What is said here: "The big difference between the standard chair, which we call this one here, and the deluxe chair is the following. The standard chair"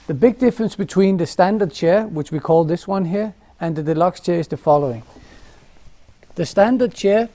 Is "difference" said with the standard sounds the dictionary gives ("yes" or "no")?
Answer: yes